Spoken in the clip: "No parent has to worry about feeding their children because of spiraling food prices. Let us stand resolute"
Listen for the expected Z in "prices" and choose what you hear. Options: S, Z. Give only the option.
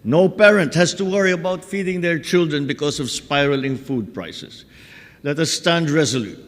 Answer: S